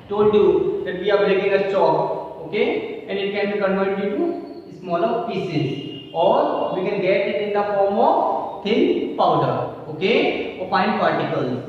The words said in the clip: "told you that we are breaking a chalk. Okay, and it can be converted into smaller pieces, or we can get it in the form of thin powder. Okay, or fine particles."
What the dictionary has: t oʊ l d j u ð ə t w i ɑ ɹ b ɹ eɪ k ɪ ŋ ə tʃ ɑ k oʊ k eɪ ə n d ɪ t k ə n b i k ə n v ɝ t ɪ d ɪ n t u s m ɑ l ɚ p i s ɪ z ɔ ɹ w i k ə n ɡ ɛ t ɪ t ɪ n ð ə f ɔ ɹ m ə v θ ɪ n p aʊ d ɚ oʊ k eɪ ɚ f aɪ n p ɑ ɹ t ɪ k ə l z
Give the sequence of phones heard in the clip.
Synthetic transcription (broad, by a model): t oʊ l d j u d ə t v i ɑ ɹ b ɹ eɪ k ɪ ŋ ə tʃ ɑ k oʊ k eɪ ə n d ɪ t k ə n b i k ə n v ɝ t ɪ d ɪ t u s m ɑ l ɚ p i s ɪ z ɔ ɹ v i k ə n ɡ ɛ t ɪ t ɪ n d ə f ɔ ɹ m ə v t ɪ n p aʊ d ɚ oʊ k eɪ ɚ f aɪ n p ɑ ɹ t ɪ k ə l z